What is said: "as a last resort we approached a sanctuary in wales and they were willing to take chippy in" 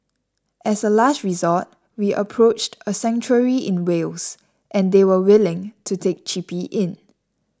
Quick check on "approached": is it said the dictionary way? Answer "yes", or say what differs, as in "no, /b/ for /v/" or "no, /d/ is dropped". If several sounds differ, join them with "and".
yes